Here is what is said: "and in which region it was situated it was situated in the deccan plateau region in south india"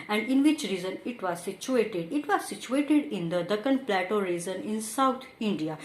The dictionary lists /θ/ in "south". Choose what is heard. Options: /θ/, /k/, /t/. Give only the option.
/t/